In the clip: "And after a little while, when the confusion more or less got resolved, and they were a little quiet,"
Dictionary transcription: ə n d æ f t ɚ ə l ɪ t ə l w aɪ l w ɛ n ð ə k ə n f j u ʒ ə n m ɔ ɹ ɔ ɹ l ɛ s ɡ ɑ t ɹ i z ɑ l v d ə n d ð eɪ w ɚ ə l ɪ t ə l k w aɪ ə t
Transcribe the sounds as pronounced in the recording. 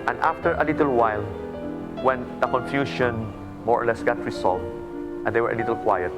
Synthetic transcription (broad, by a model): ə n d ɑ f t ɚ ə l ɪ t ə l w aɪ l w ɛ n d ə k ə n f j u ʃ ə n m ɔ ɹ ɔ ɹ l ɛ s ɡ ɑ t ɹ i s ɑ l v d ə n d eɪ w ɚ ə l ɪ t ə l k w aɪ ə t